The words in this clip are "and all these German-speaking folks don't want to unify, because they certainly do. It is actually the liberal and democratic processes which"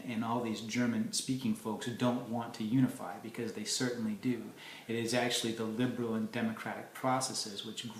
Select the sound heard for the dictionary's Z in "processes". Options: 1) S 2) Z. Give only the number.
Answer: 2